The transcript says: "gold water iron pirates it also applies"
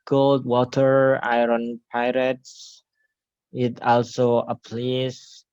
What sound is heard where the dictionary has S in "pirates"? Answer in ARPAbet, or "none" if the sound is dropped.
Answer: S